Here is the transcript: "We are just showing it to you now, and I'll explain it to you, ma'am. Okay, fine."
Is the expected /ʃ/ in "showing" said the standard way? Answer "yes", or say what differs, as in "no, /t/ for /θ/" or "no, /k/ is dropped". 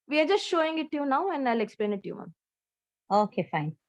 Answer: yes